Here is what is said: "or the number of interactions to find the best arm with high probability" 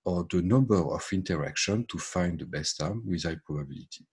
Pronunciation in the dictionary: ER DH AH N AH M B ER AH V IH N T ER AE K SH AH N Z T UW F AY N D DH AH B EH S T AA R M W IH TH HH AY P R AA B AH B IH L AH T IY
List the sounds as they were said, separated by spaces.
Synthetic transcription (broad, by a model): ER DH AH N AH M B ER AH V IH N T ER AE K SH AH N T UW F AY N D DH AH B EH S T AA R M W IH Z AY P R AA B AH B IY L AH T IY